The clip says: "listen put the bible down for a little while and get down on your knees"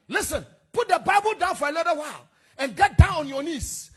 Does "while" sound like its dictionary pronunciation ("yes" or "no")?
yes